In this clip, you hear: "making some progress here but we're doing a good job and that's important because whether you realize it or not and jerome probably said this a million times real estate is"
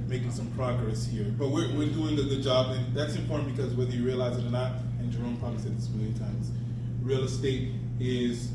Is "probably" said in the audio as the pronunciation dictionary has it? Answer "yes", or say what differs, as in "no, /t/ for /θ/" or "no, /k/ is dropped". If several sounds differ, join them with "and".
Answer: no, /ɹ/ is dropped